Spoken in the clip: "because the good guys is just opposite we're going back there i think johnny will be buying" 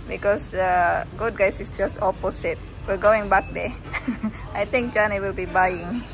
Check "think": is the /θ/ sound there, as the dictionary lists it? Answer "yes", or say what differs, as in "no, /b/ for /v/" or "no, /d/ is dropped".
no, /t/ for /θ/